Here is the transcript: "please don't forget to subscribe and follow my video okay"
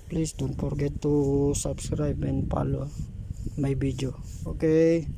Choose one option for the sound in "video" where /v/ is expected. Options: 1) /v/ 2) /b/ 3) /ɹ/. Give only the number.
2